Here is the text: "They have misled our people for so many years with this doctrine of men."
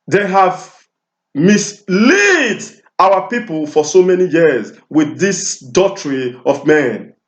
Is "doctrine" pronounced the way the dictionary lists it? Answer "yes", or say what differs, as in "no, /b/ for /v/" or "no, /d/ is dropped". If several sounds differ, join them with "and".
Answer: no, /k/ is dropped